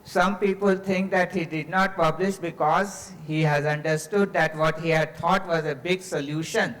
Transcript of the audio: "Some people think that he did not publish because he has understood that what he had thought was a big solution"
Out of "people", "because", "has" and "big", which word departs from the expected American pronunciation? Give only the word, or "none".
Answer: none